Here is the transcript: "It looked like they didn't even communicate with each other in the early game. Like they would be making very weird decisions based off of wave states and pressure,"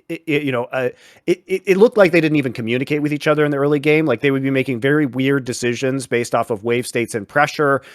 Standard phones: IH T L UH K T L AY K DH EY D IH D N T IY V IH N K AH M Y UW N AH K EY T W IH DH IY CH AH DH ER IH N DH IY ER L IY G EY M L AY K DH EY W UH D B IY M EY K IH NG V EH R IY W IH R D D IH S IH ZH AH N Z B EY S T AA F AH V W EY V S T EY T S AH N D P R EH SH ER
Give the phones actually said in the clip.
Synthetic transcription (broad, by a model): IH T L UH K T L AY K DH EY D IH D N T IY V IH N K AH M Y UW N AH K EY T W IH DH IY CH AH DH ER IH N DH IY ER L IY G EY M L AY K DH EY W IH D B IY M EY K IH NG V EH R IY W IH R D D IH S IH ZH AH N Z B EY S T AA F AH V W EY V S T EY T S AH N P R EH SH ER